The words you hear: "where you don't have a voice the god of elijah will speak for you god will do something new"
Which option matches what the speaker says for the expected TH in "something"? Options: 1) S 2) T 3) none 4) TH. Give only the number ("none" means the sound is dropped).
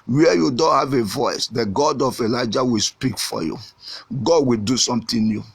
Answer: 2